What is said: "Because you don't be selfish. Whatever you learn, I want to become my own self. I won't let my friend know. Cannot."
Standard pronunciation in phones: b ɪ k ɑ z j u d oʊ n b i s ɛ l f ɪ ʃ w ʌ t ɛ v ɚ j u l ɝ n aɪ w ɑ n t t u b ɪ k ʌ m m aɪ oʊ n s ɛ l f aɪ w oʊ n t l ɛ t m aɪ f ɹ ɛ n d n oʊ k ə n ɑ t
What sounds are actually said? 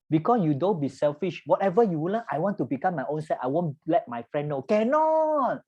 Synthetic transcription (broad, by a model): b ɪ k ɑ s j u d oʊ n b i s ɛ l f ɪ ʃ w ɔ t ɛ v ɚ j u w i l aɪ w ɑ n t t u b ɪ k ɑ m m aɪ oʊ n s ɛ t aɪ w oʊ n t l ɛ t m aɪ f ɹ ɛ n n oʊ k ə n ɑ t